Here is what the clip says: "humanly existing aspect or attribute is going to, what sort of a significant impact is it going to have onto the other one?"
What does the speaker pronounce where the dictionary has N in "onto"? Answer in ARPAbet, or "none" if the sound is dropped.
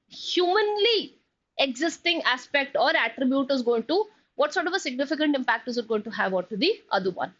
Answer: none